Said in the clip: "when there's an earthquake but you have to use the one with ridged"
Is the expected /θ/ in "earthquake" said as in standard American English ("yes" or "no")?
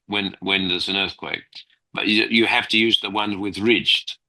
yes